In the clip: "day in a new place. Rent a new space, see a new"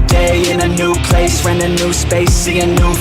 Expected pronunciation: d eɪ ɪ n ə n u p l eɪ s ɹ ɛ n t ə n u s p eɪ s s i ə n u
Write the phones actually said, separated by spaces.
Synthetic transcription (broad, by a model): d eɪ ɪ n ə n u p l eɪ s w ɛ n ə n u s p eɪ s s i ə n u